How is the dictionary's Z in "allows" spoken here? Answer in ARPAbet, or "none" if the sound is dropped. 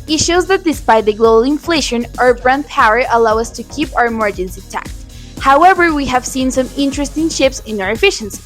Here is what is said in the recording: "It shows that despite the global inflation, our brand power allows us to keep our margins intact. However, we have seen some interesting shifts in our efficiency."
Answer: none